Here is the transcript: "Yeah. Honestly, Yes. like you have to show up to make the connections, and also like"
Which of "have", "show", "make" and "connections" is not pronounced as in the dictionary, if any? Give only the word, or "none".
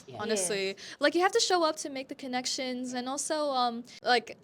have